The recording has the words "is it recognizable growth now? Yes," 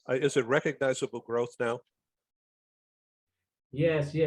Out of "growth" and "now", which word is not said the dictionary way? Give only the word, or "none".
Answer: none